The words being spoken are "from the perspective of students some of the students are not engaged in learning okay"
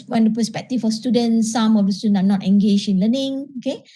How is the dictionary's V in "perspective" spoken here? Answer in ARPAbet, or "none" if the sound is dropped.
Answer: F